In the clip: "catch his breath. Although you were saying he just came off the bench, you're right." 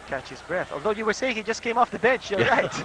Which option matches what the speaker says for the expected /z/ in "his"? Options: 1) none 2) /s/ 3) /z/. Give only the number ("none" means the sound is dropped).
3